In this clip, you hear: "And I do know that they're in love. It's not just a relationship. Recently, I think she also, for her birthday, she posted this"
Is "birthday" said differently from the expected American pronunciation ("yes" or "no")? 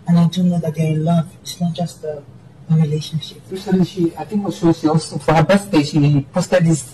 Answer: yes